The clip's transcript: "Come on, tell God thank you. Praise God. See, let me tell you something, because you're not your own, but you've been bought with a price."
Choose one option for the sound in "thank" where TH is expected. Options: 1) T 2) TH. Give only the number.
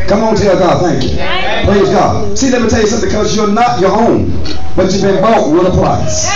2